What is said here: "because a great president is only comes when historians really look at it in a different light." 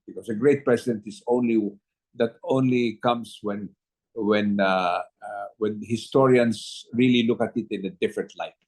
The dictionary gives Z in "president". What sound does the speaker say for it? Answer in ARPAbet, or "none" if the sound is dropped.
S